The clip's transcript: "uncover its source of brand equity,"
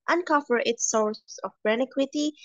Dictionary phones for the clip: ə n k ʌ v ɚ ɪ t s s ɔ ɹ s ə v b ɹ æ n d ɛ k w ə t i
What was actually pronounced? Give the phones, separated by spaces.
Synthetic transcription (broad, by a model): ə n k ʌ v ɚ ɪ t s s ɔ ɹ s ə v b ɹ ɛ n ɪ k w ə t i